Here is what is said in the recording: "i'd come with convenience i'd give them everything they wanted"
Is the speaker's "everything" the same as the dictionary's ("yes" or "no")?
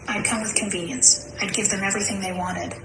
yes